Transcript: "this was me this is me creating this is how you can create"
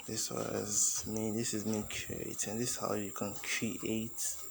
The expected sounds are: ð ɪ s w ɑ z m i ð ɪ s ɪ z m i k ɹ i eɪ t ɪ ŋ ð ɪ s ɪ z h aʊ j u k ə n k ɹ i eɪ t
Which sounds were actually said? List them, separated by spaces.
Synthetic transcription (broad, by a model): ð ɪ s w ɑ z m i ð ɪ s ɪ z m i k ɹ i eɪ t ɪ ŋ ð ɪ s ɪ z h aʊ j u k ə n k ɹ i eɪ t